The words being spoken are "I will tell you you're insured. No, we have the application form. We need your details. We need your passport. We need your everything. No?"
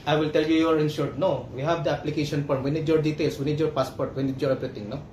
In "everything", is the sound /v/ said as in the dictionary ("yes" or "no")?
no